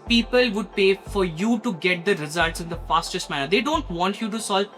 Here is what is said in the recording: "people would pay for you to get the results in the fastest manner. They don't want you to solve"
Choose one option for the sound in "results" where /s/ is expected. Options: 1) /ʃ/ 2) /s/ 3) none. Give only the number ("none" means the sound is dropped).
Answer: 2